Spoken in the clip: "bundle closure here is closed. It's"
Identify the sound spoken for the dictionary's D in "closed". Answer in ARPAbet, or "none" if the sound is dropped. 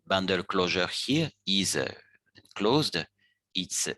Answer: D